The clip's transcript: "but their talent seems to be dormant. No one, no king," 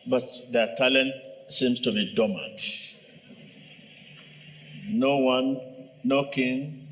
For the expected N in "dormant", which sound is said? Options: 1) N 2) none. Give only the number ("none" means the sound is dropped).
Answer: 2